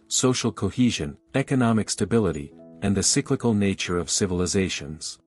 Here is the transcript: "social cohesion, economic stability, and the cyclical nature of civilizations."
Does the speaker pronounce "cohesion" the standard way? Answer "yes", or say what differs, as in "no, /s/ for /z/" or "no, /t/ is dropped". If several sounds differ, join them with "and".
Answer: yes